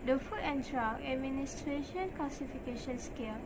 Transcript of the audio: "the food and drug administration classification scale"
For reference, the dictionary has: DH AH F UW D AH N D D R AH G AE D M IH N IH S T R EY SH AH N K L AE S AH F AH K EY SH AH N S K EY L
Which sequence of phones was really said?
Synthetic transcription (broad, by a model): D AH F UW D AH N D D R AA AE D M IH N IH S T R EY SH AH N K L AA S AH F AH K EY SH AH N S K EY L